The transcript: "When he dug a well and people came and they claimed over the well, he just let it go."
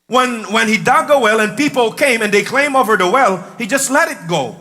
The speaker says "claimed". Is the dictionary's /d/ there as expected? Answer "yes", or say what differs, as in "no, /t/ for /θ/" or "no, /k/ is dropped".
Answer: no, /d/ is dropped